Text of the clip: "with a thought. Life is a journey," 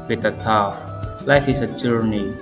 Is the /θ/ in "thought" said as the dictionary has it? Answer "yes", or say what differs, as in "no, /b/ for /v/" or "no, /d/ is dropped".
no, /t/ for /θ/